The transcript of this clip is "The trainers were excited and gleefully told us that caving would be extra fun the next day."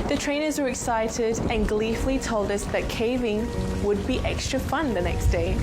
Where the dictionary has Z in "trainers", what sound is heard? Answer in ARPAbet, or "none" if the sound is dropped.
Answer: Z